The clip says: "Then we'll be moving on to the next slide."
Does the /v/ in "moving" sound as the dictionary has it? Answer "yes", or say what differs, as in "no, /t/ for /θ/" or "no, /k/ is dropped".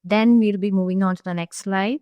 yes